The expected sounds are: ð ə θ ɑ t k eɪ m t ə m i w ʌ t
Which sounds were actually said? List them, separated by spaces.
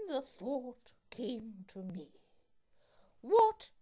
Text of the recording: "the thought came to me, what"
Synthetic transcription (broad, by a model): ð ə θ ɑ t k eɪ m t ə m i w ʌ t